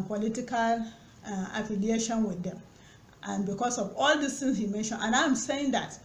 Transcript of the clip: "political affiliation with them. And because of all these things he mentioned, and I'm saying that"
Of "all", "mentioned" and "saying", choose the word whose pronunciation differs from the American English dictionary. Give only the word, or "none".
mentioned